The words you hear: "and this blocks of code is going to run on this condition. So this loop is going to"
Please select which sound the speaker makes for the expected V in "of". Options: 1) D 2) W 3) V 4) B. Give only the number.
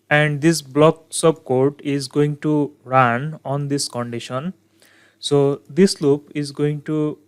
4